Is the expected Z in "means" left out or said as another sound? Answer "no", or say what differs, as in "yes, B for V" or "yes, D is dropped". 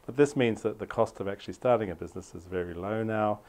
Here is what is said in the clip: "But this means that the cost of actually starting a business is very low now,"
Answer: no